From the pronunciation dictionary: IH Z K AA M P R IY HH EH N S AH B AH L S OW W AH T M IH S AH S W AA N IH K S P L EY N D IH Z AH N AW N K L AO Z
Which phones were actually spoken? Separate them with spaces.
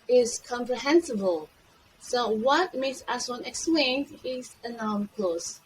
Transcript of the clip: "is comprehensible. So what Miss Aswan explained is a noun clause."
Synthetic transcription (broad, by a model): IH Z K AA M P R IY HH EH N S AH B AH L S OW W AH T M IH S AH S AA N IH K S P L EY N D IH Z AH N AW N K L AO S